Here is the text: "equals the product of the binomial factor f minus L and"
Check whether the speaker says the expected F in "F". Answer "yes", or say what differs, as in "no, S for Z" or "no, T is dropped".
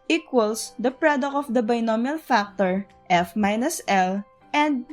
yes